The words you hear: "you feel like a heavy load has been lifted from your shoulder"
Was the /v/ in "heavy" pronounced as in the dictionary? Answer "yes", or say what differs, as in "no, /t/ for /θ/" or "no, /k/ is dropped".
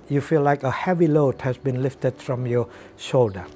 yes